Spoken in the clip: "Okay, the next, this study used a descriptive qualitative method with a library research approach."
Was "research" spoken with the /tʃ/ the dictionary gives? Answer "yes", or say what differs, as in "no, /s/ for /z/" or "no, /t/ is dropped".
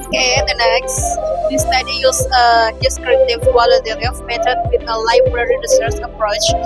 no, /s/ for /tʃ/